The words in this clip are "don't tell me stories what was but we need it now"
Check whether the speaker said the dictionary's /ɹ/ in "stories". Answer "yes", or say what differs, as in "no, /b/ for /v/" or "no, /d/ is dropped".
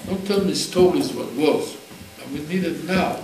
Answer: no, /l/ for /ɹ/